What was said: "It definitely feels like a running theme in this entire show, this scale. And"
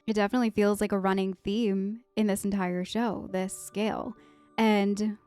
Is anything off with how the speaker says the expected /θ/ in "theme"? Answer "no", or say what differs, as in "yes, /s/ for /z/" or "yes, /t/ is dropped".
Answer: no